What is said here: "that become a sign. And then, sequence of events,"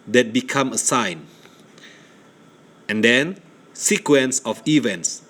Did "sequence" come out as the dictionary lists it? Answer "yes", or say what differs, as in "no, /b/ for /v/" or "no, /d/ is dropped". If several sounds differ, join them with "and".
yes